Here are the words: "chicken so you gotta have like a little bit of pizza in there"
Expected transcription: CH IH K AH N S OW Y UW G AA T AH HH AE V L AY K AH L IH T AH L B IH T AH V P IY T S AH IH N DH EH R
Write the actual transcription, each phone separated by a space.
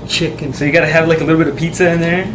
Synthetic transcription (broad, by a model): CH IH K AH N S OW Y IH G AA T AH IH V L AY K AH L IH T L B IH T AH V P IY T S AH IH N DH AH R